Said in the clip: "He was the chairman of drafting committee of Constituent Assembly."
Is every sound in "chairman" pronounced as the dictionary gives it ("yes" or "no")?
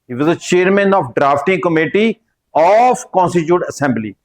yes